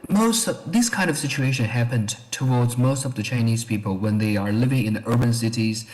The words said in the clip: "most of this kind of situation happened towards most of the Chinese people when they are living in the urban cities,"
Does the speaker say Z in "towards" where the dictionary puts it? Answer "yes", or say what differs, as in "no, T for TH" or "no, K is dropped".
yes